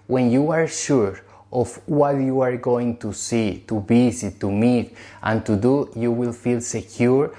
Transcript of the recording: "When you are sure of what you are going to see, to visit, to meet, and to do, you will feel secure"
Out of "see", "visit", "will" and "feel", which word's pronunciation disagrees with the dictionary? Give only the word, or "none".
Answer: visit